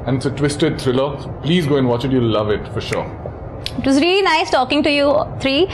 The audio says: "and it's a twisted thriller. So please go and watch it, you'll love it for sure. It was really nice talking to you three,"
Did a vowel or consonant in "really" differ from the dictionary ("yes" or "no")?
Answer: no